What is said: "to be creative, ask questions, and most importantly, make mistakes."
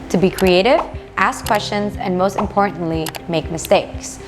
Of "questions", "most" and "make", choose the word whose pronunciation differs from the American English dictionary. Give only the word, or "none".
none